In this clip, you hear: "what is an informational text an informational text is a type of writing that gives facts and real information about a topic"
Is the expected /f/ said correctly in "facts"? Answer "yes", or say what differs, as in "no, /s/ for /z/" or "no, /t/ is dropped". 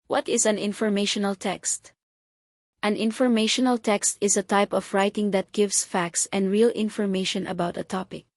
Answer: yes